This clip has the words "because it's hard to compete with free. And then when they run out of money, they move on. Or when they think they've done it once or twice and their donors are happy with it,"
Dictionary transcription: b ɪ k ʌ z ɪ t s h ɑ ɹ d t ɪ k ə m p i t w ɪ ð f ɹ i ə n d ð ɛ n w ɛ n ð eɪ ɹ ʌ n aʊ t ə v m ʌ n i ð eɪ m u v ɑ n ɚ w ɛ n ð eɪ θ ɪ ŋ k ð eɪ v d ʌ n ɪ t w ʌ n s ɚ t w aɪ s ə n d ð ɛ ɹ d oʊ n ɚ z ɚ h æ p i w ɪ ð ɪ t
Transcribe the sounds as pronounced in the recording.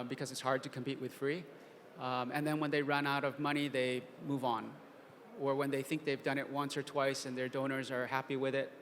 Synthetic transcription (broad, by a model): b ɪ k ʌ z ɪ t s h ɑ ɹ d t ɪ k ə m p i t w ɪ ð f ɹ i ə n ð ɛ n w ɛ n ð eɪ ɹ ʌ n aʊ t ə v m ʌ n i ð eɪ m u v n ɚ w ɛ n ð eɪ θ ɪ ŋ k ð eɪ v d ʌ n ɪ t w ʌ n s ɚ t w aɪ s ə n ð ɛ ɹ d oʊ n ɚ z ɚ h æ p i w ɪ ð ɪ t